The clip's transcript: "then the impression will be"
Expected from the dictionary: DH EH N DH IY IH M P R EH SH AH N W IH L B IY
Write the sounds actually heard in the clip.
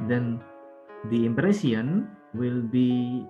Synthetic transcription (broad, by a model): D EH N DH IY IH M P R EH S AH N W IH L B IY